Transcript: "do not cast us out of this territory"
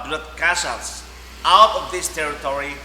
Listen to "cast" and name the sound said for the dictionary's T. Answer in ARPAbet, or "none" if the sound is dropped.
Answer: none